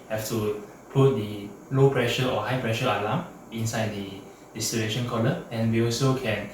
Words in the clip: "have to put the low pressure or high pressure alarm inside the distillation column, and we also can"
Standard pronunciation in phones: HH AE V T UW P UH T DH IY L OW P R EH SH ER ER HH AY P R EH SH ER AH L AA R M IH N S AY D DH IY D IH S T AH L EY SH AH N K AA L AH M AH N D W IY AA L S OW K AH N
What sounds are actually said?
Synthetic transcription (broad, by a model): HH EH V T UW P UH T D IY L OW P R EH SH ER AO HH AY P R EH SH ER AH L AA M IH N S AY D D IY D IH S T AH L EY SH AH N K AA L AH AH N W IY AA L S OW K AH N